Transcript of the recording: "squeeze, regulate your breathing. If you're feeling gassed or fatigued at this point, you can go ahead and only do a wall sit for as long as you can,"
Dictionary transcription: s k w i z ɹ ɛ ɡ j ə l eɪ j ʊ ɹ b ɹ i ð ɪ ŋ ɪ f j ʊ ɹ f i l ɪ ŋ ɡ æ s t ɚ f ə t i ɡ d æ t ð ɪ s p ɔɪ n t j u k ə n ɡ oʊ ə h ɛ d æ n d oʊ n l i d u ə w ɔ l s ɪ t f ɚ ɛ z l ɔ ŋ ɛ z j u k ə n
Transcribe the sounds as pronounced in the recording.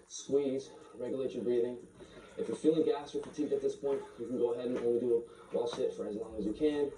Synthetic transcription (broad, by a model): s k w i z ɹ ɛ ɡ j ə l eɪ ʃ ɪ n b ɹ i ð ɪ ŋ ɪ f j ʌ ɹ f i l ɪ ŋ ɡ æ s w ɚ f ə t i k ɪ t ð ɪ s p ɔɪ n t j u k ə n ɡ oʊ ə h ɛ d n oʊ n w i d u ə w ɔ l ʃ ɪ t f ɚ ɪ z l ɔ ŋ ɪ z j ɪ k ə n